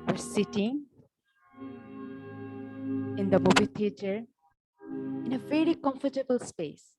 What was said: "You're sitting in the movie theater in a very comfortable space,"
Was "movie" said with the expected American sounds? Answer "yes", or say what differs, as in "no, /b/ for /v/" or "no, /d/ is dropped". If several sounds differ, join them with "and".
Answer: no, /b/ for /v/